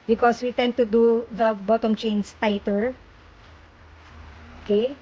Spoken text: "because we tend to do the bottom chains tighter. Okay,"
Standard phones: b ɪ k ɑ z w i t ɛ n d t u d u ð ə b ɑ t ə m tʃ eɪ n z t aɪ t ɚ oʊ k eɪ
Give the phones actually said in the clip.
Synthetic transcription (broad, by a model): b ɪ k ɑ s w i t ɛ n d t u d u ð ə b ɑ t ə m tʃ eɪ n s t aɪ t ɚ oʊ k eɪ